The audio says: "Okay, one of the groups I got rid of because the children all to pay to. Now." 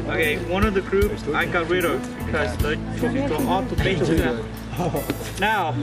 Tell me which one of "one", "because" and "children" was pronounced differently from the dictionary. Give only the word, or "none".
children